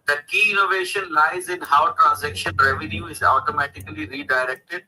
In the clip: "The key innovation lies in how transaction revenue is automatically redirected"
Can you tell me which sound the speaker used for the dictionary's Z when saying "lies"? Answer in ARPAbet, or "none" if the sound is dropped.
Z